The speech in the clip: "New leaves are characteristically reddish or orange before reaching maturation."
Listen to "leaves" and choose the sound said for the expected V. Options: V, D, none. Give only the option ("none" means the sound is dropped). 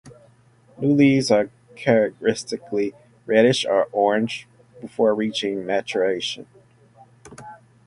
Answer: none